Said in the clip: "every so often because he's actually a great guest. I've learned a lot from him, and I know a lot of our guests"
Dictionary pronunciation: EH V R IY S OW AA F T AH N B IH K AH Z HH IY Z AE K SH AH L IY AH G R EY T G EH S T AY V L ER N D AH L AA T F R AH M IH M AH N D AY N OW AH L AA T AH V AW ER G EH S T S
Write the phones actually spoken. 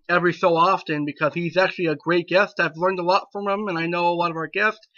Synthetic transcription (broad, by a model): EH V R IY S OW AA F T AH N B IH K AH Z HH IY Z AE K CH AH L IY AH G R EY T G EH S T AY V L ER N D AH L AA T F R AH M IH M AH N AY N OW AH L AA T AH V AW ER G EH S T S